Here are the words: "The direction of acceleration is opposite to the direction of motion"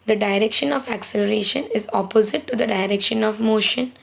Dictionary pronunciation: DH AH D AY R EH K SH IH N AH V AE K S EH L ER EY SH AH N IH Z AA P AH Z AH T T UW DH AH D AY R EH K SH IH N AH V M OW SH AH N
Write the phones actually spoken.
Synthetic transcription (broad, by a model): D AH D AY R EH K SH IH N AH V AE K S EH L ER EY SH AH N IH Z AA P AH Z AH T T UW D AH D AY R EH K SH IH N AH V M OW SH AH N